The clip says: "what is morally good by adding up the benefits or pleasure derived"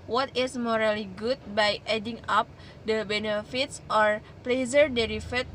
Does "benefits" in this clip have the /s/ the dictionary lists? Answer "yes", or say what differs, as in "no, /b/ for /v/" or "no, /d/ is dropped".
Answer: yes